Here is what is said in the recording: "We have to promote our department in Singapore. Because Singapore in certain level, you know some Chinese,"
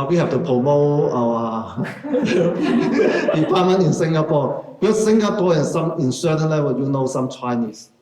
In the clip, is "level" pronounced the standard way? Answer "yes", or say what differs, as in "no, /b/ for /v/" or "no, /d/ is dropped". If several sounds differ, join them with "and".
no, /w/ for /v/